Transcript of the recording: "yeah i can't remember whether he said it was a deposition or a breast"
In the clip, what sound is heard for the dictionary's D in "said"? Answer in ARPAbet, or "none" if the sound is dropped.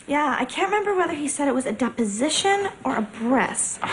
D